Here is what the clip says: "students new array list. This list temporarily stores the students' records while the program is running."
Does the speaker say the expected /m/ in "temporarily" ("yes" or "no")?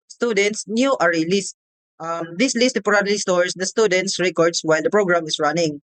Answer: no